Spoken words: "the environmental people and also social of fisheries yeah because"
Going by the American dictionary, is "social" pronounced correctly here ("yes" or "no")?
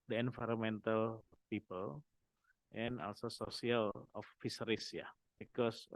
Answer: no